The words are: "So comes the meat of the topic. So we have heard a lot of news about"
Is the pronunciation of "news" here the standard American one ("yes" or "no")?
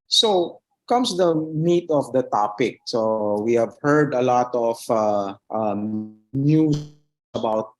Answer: no